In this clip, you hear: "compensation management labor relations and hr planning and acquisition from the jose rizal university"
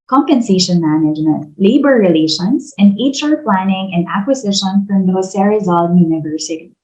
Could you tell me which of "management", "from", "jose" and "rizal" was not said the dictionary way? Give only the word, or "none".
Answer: jose